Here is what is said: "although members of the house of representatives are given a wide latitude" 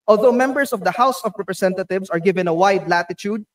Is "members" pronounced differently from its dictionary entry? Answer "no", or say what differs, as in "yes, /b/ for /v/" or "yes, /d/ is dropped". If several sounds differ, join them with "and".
yes, /s/ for /z/